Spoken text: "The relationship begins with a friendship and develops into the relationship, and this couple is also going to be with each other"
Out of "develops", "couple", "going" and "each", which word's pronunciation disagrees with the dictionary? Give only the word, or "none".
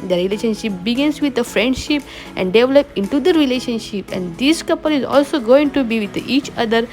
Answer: develops